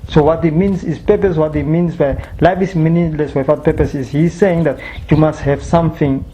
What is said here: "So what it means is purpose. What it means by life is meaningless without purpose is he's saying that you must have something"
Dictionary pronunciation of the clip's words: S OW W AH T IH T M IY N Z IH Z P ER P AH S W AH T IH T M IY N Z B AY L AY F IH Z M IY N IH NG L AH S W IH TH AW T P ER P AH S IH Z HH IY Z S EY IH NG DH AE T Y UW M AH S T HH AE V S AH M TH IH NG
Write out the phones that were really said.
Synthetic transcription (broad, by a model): S OW W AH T IH T M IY N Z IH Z P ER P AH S W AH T IH T M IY N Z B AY L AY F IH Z M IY N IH L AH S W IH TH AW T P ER P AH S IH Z HH IY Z S EY IH NG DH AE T Y UW M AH S T HH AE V S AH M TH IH NG